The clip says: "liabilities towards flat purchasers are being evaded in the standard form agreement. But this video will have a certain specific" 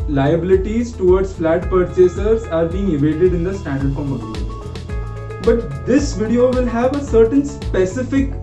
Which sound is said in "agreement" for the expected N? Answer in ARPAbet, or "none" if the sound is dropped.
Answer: none